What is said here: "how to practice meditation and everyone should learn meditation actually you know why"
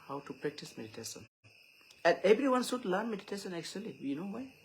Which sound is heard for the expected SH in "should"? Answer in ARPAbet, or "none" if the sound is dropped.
S